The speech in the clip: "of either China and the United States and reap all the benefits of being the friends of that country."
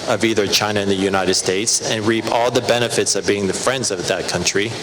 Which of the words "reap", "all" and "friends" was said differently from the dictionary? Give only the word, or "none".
none